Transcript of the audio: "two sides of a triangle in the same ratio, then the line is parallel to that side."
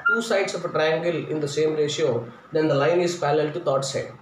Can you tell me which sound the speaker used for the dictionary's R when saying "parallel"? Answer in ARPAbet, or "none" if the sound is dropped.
L